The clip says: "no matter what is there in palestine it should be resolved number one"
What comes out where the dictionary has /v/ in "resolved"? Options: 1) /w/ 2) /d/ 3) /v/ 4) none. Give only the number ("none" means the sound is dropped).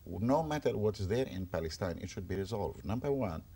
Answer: 3